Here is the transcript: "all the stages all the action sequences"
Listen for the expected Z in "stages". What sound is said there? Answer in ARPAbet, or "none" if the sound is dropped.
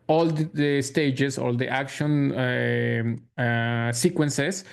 S